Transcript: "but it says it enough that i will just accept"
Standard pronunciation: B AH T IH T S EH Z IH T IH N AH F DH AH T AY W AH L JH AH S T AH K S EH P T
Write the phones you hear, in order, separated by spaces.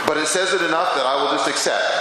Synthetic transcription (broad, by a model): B AH T IH T S EH Z IH T IH N AH F DH AH T AY W AH L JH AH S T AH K S EH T